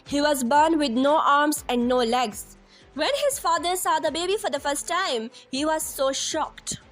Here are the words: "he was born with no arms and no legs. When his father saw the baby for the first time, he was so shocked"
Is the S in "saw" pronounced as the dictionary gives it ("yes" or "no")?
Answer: yes